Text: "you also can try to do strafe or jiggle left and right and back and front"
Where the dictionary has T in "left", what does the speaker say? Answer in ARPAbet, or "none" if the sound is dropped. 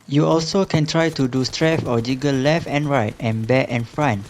T